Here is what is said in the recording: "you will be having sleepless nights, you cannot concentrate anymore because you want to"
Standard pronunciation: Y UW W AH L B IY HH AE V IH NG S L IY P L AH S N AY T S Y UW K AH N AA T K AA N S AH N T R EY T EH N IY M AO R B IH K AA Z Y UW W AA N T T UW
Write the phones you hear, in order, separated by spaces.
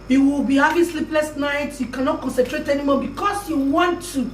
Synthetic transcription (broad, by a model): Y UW W AH L B IY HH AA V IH S L IY P L AH S N AY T Y UW K AH N AA T K AA N S AH N T R EY T EH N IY M AO B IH K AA S Y UW W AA N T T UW